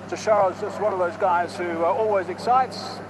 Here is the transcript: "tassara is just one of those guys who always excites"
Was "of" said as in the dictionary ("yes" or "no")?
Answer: yes